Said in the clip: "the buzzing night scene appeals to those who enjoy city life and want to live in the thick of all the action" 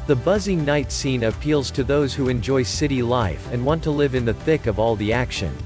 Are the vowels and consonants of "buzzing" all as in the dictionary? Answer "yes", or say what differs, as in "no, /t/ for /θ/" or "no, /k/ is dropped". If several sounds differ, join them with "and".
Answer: yes